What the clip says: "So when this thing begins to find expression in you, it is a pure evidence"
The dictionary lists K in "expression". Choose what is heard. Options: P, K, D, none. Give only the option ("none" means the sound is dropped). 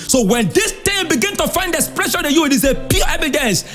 none